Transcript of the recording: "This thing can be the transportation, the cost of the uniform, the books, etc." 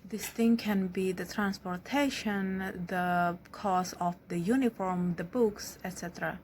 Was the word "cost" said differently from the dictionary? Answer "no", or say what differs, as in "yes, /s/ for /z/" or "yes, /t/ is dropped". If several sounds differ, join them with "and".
yes, /t/ is dropped